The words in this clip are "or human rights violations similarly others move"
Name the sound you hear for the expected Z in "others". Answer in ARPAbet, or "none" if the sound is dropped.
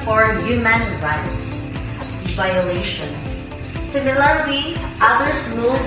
S